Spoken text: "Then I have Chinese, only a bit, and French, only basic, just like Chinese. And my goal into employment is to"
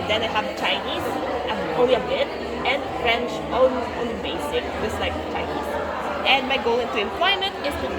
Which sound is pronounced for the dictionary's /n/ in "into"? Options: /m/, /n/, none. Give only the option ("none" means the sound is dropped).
/n/